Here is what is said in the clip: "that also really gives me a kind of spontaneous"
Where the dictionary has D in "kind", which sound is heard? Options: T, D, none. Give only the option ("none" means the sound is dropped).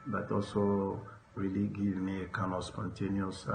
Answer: none